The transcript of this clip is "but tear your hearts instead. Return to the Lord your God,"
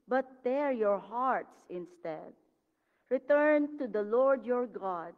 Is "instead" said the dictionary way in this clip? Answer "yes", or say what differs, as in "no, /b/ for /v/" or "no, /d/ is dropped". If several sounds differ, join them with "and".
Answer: yes